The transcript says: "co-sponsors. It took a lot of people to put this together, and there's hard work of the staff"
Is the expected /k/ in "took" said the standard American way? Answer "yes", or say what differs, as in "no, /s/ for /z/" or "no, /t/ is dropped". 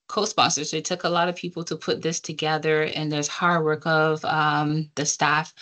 yes